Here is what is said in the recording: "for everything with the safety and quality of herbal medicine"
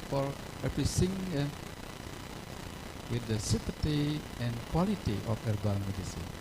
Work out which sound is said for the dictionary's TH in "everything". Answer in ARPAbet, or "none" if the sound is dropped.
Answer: S